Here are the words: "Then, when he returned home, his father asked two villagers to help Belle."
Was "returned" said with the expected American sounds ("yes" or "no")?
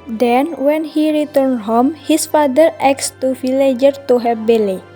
yes